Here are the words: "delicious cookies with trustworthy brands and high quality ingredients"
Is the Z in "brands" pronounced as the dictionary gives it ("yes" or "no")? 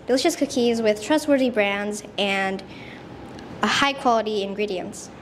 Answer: yes